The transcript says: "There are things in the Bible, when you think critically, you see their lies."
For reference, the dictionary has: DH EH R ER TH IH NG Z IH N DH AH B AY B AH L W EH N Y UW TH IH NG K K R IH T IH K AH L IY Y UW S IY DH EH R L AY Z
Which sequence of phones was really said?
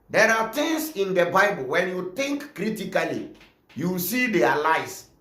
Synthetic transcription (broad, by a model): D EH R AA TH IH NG S IH N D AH B AY B AH L W EH N Y UW T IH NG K K R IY T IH K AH L IY Y UW S IY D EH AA L AY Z